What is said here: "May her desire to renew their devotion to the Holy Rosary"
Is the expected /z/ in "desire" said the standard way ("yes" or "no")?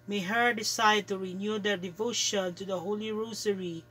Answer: no